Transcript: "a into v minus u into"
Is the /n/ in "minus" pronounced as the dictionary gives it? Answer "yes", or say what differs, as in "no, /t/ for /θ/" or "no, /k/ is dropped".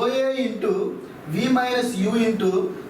no, /n/ is dropped